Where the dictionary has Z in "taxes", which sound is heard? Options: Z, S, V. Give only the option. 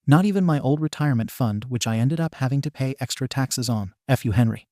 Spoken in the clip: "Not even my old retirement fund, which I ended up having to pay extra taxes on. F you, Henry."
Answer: Z